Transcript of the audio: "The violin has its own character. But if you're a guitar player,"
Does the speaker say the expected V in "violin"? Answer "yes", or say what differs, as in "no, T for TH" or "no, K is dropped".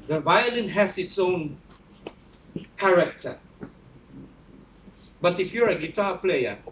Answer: yes